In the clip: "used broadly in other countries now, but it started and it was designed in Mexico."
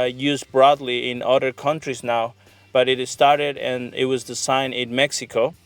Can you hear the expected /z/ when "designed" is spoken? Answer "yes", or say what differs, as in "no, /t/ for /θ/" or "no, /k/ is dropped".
no, /s/ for /z/